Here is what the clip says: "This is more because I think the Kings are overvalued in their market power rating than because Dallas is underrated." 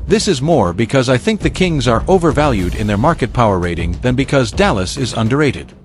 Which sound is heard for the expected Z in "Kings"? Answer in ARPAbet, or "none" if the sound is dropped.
Z